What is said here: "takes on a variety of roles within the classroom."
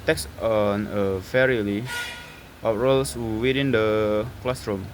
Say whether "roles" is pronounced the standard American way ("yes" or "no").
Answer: no